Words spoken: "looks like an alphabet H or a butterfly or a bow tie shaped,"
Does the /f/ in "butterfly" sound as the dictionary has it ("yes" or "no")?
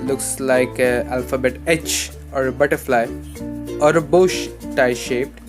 yes